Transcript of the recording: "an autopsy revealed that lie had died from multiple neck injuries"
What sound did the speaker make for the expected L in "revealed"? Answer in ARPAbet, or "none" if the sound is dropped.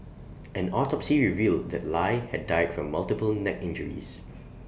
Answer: L